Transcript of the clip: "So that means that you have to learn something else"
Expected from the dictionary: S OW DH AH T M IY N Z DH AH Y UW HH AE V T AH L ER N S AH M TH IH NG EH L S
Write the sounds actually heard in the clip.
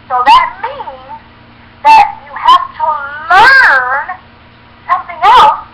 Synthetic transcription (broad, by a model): S OW DH AH T M IY N Z DH AH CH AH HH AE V T AH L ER N S AH M TH IH NG EH L S